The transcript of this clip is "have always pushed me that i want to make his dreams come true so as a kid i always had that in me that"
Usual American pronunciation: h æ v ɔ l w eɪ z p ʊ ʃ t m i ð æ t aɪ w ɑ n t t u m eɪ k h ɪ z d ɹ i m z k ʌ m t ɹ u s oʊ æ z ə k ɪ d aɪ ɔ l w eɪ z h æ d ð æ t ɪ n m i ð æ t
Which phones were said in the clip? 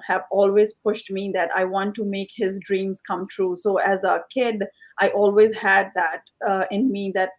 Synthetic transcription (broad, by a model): h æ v ɔ l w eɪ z p ʊ ʃ t m i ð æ t aɪ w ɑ n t t u m eɪ k h ɪ z d ɹ i m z k ʌ m t ɹ u s oʊ æ z ə k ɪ d aɪ ɔ l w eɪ z h æ d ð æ t ɪ n m i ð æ t